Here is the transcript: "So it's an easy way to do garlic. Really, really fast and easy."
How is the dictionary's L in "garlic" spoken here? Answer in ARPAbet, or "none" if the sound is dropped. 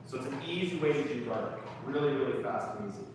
none